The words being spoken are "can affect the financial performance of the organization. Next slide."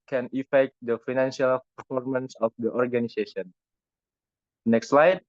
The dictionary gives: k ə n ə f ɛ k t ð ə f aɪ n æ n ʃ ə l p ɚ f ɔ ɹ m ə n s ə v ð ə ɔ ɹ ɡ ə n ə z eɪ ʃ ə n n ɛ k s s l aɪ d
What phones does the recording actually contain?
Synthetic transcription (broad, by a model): k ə n ə f ɛ k t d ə f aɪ n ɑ n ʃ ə l p ɚ f ɔ ɹ m ə n s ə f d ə ɔ ɹ ɡ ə n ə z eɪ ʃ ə n n ɛ k s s l aɪ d